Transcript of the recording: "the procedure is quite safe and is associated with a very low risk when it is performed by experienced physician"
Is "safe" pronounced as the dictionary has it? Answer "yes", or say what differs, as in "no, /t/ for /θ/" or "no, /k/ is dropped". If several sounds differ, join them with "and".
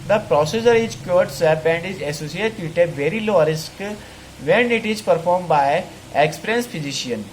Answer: no, /p/ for /f/